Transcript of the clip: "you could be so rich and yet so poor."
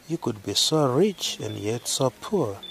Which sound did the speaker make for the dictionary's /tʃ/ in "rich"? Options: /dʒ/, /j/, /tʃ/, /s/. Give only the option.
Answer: /tʃ/